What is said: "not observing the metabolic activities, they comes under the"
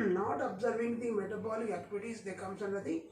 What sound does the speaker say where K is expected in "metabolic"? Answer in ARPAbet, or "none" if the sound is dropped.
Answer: none